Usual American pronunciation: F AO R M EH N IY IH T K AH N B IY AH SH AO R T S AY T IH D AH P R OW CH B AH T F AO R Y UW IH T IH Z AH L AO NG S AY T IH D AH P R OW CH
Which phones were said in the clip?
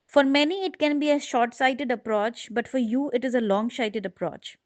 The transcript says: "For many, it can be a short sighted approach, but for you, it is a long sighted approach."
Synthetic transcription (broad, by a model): F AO R M EH N IY IH T K AH N B IY AH SH AO R T S AY T IH D AH P R OW CH B AH T F AO R Y UW IH T IH Z AH L AO NG SH AY T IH D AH P R OW CH